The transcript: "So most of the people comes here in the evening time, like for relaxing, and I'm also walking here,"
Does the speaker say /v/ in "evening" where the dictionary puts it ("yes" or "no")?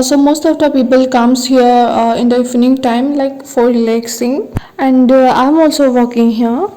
no